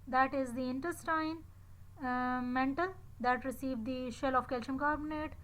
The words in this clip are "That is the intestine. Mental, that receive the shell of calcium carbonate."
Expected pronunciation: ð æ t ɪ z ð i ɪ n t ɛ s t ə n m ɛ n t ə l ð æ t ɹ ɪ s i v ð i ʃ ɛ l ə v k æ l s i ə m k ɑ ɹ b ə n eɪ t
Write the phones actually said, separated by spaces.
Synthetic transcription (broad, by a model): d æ t ɪ z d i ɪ n t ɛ s t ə n m ɛ n t ə l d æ t ɹ ɪ s i v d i ʃ ɛ l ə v k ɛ l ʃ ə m k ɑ ɹ b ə n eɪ t